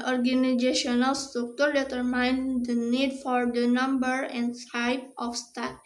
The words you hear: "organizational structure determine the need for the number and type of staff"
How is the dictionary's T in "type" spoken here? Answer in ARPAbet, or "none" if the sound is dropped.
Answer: S